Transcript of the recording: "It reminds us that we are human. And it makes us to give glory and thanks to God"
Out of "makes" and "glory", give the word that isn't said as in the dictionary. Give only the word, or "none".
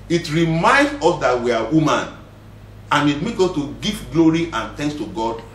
makes